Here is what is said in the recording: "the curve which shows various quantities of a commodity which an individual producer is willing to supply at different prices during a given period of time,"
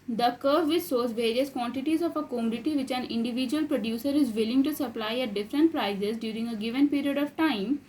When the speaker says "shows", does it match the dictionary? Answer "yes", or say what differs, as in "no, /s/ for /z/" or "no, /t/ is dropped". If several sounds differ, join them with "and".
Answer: no, /s/ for /ʃ/